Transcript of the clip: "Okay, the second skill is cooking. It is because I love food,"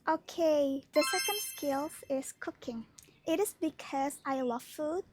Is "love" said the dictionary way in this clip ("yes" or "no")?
no